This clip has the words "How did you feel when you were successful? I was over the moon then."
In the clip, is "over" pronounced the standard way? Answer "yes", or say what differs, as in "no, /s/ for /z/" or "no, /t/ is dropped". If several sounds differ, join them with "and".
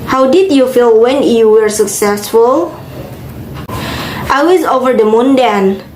yes